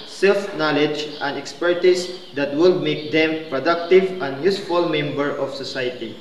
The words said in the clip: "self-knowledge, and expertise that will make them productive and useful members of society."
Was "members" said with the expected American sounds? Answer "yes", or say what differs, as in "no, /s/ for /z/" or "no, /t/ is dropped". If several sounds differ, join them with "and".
no, /z/ is dropped